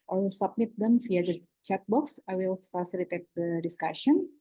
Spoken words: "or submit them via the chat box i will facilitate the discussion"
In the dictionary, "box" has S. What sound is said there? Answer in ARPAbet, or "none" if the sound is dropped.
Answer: S